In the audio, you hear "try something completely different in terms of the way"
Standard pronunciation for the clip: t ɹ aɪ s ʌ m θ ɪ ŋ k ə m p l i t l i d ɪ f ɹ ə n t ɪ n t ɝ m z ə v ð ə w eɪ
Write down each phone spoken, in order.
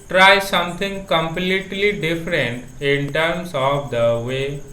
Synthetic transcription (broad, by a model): t ɹ aɪ s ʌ m t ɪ ŋ k ə m p l i t l i d ɪ f ɹ ə n t ɪ n t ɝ m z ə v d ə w eɪ